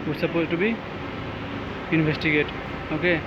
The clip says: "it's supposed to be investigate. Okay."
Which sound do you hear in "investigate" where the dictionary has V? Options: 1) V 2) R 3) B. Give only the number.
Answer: 3